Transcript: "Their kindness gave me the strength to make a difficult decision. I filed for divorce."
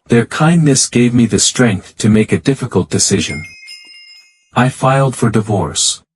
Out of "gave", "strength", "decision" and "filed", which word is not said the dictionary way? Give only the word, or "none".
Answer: none